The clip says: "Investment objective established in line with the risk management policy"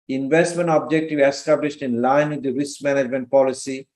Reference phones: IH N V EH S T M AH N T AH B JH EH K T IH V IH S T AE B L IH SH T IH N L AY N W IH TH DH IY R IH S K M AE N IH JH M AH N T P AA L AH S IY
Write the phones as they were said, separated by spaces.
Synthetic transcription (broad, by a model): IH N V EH S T M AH N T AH B JH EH K T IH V IH S T AE B L IH SH T IH N L AY N W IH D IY R IH S K M AE N IH JH M AH N T P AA L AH S IY